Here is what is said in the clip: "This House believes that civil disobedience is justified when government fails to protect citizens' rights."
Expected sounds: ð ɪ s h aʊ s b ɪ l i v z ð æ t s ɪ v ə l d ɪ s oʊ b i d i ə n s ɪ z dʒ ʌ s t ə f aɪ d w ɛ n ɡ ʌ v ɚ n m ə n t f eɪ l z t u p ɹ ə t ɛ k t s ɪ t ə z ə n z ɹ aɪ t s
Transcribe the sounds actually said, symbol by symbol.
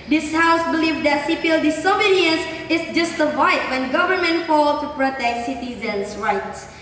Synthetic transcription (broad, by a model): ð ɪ s h aʊ s b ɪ l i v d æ t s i p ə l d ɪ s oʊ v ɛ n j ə s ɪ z dʒ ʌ s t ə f aɪ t w ɛ n ɡ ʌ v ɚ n m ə n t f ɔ l t u p ɹ ə t ɛ k t s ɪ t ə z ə n s ɹ aɪ t s